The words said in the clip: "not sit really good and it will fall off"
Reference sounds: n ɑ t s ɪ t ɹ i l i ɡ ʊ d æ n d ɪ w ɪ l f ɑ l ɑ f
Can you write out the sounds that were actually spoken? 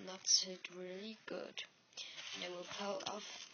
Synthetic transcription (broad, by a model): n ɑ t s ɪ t ɹ i l i ɡ ʊ d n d ɪ w ɪ l p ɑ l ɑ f